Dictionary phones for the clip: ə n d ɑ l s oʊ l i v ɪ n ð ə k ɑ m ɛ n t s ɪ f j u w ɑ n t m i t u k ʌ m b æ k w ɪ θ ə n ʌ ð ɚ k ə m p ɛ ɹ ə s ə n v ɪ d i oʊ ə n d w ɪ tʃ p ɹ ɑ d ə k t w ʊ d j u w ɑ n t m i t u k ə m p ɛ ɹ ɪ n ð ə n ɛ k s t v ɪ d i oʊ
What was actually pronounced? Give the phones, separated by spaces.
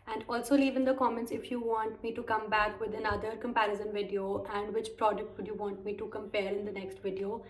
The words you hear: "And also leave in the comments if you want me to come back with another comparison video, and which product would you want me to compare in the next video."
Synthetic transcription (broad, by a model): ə n d ɑ l s oʊ l i v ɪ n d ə k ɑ m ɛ n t s ɪ f j u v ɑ n t m i t u k ʌ m b æ k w ɪ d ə n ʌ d ɚ k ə m p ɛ ɹ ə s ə n v ɪ d i oʊ ə n d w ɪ tʃ p ɹ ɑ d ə k t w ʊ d j u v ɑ n t m i t u k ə m p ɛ l ɪ n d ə n ɛ k s t v ɪ d i oʊ